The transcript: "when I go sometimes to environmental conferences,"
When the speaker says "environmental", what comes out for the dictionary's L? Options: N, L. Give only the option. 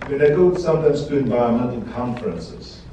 N